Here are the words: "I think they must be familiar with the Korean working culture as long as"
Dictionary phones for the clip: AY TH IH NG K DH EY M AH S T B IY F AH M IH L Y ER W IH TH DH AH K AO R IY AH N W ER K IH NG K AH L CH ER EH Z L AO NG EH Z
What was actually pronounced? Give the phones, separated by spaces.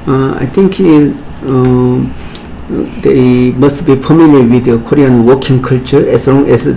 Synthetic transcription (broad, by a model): AY T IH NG K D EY M AH S T B IY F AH M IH L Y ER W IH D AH K AO R IY AH N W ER K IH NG K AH L CH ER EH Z L AO NG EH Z